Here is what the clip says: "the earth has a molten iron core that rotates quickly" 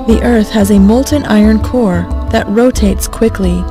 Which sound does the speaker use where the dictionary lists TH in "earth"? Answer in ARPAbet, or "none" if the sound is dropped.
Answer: TH